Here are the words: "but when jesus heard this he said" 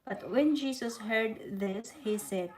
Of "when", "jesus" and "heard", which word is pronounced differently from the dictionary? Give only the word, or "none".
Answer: jesus